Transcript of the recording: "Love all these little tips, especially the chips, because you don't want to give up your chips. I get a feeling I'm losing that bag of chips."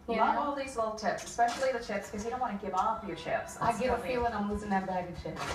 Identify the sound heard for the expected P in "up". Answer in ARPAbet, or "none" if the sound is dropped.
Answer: F